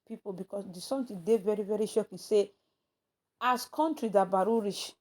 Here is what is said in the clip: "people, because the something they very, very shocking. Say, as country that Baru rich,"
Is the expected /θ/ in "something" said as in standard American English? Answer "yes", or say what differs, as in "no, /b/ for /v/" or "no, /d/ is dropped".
no, /t/ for /θ/